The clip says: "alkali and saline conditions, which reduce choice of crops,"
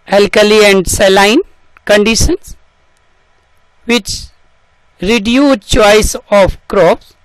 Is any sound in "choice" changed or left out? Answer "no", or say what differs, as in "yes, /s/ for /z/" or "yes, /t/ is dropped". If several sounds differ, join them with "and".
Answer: no